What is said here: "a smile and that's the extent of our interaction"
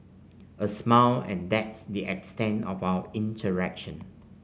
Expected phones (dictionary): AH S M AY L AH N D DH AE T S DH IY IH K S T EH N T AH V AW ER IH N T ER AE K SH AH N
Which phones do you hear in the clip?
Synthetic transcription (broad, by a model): AH S M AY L AH N D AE T S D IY IH K S T EH N T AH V AW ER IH N T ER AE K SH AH N